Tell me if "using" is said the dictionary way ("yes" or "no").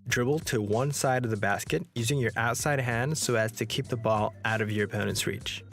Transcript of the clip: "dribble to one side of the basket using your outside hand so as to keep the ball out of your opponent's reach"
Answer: yes